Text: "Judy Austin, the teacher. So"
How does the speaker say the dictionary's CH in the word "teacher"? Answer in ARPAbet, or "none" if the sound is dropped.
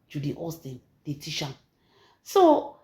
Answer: SH